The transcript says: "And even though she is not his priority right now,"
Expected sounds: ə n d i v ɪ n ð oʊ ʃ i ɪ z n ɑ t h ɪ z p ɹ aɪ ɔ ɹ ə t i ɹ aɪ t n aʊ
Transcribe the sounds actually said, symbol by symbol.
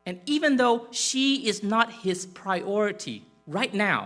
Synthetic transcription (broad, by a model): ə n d i v ɪ n ð oʊ ʃ i ɪ z n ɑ t h ɪ z p ɹ aɪ ɔ ɹ ə t i ɹ aɪ t n aʊ